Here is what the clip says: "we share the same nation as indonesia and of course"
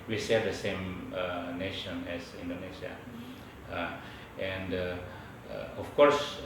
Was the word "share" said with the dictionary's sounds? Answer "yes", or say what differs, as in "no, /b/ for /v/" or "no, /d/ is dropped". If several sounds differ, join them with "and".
no, /s/ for /ʃ/